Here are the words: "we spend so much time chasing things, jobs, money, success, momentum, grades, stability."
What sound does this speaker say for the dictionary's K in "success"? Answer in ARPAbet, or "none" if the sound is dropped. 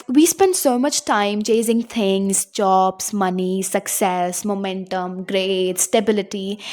K